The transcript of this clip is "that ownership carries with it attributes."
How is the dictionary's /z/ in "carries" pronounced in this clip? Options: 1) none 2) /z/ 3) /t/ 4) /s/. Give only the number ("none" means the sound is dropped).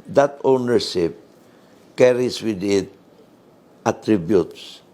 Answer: 4